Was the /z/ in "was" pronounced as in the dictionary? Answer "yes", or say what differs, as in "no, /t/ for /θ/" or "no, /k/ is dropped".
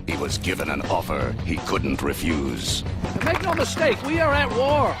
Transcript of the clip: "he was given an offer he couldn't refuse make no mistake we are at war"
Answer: yes